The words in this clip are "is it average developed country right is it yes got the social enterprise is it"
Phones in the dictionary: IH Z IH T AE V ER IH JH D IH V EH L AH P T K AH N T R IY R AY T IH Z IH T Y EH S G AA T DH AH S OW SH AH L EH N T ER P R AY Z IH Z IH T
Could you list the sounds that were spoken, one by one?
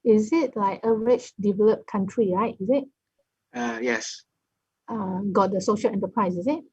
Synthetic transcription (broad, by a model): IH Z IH T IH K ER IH CH D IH V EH L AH P K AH N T R IY R AY T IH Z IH T Y EH S G AA T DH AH S OW SH AH L EH N T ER P R AY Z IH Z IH T